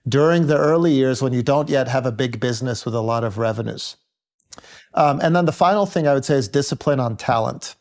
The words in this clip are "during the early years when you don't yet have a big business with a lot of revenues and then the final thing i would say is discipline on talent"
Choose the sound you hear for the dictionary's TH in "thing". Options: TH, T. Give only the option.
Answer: TH